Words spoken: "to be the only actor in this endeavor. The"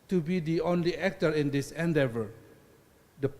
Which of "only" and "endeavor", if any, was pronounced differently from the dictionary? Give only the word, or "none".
none